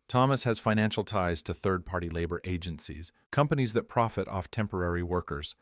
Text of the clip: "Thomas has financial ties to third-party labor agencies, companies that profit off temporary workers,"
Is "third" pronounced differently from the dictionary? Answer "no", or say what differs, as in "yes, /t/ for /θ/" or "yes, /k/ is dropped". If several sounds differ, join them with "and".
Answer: no